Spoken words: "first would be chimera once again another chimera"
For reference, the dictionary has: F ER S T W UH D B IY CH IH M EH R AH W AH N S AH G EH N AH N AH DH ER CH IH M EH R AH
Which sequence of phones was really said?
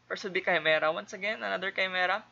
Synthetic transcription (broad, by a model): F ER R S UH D B IY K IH M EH R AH W AH N S AH G EH N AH N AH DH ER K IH M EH R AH